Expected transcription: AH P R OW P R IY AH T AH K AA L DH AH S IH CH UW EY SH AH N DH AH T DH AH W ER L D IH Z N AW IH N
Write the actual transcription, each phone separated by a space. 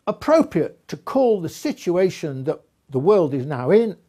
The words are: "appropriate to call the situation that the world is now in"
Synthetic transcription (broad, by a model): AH P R OW P R IY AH T AH K AA L DH AH S IH CH UW EY SH AH N DH AH T DH AH W ER L D IH Z N AW IH N